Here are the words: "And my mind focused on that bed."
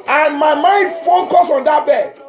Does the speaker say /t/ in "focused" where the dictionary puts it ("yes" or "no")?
no